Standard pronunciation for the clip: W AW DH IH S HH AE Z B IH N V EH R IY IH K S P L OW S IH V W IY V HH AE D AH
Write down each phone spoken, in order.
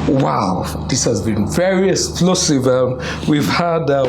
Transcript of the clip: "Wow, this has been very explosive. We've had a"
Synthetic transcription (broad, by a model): W AW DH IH S HH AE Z B IH N V EH R IY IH S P L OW S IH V W IY V HH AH D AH